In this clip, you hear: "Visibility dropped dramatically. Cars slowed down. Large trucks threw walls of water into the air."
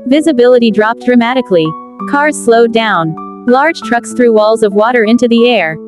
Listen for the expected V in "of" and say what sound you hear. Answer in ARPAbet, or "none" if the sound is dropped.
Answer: V